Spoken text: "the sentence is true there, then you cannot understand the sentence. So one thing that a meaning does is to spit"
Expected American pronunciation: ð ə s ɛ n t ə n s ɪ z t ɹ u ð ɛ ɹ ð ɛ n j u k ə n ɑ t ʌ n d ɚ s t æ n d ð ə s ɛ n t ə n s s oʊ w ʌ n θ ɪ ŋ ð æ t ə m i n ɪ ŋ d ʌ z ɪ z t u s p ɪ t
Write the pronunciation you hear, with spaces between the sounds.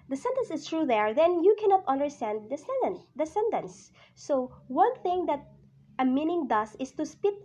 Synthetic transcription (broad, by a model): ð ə s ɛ n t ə n s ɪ s t ɹ u ð ɛ ɹ ð ɛ n j u k ə n ɑ t ʌ n d ɚ s t æ n d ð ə s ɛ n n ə n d s oʊ w ʌ n θ ɪ ŋ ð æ t ə m i n ɪ ŋ d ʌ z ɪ s t u s p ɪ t